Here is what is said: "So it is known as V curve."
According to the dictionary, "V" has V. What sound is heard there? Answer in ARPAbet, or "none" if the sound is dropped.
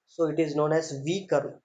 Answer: V